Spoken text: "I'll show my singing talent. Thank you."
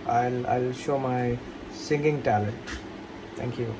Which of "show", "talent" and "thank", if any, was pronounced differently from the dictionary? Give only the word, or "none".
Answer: thank